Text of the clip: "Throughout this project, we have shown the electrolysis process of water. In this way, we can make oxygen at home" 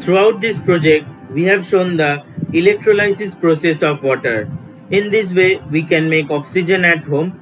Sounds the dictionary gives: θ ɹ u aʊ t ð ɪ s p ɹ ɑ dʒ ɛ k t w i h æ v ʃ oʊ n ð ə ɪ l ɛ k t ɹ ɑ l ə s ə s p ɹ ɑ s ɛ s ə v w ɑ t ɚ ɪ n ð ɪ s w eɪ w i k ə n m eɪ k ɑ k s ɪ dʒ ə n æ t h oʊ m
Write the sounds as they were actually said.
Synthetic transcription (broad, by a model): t ɹ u aʊ t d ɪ s p ɹ ɑ dʒ ɛ k t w i h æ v ʃ oʊ n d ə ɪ l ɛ k t ɹ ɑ l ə s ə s p ɹ ɑ s ɛ s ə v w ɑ t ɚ ɪ n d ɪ s w eɪ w i k ə n m eɪ k ɑ k s ɪ dʒ ə n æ t h oʊ m